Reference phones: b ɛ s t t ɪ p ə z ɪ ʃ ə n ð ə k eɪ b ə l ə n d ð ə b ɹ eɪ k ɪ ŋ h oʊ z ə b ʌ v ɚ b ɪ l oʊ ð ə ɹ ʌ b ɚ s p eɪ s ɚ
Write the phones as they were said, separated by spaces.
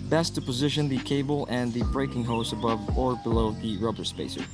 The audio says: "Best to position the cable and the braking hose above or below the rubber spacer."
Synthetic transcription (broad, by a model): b ɛ s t t ɪ p ə z ɪ ʃ ə n ð ə k eɪ b l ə n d ð ə b ɹ eɪ k ɪ ŋ h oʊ s ə b ʌ v ɚ b ɪ l oʊ ð ə ɹ ʌ b ɚ s p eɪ s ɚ